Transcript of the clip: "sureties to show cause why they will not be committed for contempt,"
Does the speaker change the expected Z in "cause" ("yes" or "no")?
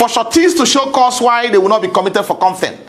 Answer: yes